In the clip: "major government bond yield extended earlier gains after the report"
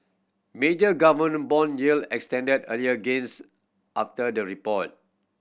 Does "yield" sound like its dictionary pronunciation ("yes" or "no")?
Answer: no